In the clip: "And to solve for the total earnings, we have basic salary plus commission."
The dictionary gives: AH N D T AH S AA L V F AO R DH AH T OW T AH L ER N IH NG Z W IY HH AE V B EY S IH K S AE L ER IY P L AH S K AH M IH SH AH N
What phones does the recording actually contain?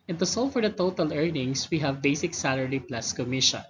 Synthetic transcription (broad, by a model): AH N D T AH S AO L F AO R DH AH T OW T AH L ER N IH NG S W IY HH AE V B EY S IH K S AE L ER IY P L AH S K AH M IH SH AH N